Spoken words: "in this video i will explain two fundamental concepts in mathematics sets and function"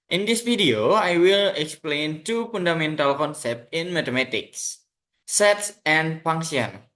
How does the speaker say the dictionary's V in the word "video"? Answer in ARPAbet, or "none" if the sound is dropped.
F